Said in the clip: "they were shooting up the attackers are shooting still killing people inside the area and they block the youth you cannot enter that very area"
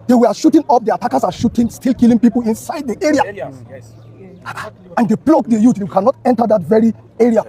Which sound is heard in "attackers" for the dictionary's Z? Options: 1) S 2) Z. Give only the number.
1